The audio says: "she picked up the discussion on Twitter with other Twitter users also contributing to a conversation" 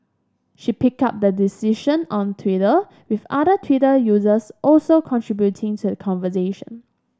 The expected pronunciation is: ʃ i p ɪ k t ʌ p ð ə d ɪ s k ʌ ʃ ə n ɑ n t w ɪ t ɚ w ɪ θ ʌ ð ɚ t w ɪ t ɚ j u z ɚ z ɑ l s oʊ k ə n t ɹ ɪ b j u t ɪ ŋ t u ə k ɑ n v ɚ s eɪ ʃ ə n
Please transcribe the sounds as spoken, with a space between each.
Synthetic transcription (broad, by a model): ʃ i p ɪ k ɑ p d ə d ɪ s i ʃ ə n ɑ n t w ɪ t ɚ w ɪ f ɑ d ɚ t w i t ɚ j u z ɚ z ɑ l s oʊ k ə n t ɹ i b j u t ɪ ŋ t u ə k ɑ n v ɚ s eɪ ʃ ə n